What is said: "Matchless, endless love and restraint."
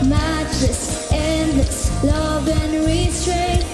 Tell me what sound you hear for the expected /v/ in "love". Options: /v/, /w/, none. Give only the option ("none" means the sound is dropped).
/v/